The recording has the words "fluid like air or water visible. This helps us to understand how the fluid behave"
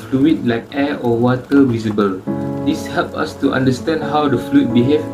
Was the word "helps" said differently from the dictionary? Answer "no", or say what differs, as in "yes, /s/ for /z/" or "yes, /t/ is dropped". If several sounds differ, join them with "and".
yes, /s/ is dropped